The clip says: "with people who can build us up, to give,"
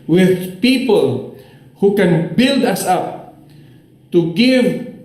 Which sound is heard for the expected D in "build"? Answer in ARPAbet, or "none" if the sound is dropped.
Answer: D